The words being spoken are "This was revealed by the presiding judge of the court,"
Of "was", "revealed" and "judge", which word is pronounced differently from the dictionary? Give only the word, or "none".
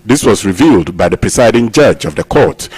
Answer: none